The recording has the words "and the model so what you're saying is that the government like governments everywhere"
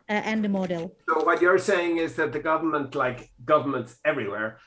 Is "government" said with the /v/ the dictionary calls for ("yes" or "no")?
yes